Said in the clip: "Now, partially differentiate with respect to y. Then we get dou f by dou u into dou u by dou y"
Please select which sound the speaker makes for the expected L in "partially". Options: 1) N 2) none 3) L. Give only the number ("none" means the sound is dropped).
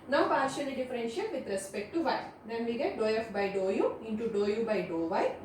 1